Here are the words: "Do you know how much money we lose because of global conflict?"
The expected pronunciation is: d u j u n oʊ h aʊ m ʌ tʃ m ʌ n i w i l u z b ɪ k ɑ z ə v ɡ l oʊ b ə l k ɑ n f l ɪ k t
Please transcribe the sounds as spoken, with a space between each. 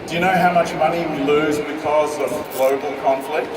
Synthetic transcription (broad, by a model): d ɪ j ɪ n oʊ h aʊ m ʌ tʃ m ʌ n i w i l u z b ɪ k ɑ z ə v ɡ l oʊ b ə l k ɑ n f l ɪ k t